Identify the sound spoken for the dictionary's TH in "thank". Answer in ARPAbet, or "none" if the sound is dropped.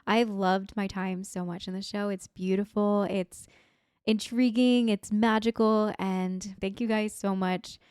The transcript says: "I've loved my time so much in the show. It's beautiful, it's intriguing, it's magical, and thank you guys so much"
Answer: TH